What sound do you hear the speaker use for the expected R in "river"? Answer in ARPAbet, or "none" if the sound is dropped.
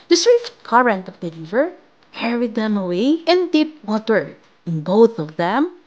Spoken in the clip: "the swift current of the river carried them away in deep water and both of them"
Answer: L